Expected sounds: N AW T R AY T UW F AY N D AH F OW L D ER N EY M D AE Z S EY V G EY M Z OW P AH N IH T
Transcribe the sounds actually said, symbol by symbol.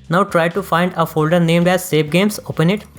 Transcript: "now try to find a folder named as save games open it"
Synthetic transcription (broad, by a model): N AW T R AY T UW F AY N D AH F OW L D ER N EY M D AE Z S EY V G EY M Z OW P AH N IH T